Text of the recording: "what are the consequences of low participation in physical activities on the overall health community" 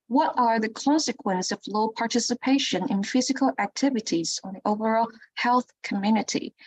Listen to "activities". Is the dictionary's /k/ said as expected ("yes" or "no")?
yes